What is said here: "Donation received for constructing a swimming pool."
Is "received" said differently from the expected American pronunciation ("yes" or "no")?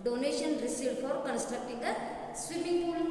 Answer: yes